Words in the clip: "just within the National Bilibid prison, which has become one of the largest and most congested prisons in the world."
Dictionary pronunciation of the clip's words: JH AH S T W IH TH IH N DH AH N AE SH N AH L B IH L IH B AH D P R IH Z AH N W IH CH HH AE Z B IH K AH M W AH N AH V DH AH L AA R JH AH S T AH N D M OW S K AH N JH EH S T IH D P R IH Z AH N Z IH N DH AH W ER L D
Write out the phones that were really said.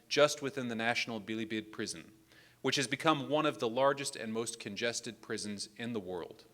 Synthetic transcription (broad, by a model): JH AH S T W IH TH IH N DH AH N AE SH N L B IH L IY B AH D P R IH Z AH N W IH CH HH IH Z B IH K AH M W AH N AH V DH AH L AA R JH AH S T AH N M OW S K AH N JH EH S T IH D P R IH Z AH N Z IH N DH AH W ER L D